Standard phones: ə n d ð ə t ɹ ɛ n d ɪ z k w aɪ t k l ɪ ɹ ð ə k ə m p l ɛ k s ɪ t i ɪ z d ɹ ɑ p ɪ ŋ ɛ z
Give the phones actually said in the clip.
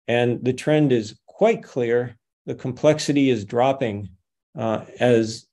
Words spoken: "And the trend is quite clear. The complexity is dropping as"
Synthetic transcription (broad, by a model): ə n ð ə t ɹ ɛ n d ɪ z k w aɪ t k l ɪ ɹ ð ə k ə m p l ɛ k s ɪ t i ɪ z d ɹ ɑ p ɪ ŋ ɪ z